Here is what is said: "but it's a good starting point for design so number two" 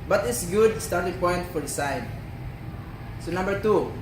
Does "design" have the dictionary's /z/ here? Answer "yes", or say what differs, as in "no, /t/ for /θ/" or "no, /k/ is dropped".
no, /s/ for /z/